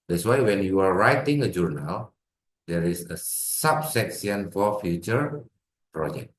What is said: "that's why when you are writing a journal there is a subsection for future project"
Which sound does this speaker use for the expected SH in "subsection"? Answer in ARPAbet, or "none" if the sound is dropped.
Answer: S